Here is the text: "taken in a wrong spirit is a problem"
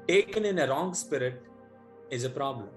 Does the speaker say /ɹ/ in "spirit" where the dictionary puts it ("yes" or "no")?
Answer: yes